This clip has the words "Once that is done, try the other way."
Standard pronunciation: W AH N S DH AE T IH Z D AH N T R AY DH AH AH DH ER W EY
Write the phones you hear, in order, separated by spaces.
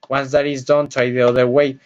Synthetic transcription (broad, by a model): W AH N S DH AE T IH Z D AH N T AY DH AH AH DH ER W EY